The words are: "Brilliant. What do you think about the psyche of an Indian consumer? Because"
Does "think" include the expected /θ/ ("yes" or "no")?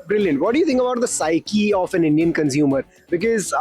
no